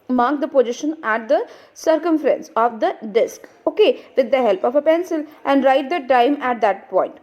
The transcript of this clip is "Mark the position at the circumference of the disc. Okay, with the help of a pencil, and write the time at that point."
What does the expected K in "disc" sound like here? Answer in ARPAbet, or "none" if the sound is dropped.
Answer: K